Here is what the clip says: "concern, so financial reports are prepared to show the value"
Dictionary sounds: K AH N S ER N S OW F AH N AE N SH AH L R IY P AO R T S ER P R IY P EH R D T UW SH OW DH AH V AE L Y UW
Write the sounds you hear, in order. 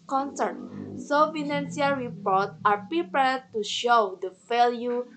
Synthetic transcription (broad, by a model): K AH N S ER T S OW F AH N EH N S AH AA R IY P AO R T AA P R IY P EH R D T UW SH OW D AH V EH L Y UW